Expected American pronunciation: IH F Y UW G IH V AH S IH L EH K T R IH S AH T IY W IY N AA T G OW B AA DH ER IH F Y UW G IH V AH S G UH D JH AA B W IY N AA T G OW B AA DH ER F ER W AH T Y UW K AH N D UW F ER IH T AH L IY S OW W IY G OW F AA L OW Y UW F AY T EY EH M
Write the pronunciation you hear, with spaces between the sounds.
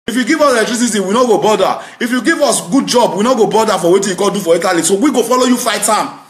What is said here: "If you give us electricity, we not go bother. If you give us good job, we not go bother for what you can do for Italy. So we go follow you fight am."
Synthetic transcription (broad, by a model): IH F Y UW G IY V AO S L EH T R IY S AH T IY W IY N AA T G OW B AA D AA IH F Y UW G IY V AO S G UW D JH AA B W IY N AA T G OW B AA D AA F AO W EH T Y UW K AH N D UW F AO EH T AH L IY S OW W IY G OW F AA L OW Y UW F AY T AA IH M